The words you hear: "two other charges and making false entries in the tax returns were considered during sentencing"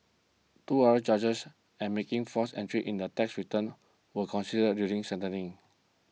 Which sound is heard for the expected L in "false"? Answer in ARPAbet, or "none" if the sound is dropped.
none